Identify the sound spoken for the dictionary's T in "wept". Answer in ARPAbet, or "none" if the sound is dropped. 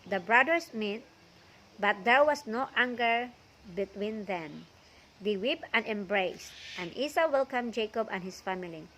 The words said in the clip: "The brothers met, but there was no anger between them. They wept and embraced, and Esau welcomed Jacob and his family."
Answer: none